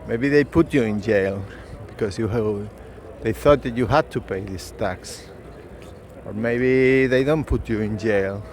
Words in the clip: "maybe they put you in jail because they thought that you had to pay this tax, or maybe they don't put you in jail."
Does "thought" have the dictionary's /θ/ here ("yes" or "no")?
yes